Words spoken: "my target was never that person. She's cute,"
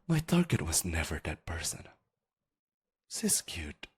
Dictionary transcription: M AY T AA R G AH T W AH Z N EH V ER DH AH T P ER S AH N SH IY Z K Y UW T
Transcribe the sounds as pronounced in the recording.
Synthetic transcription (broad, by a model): M AY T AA R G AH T W AH Z N EH V ER DH AH T P ER S AH N S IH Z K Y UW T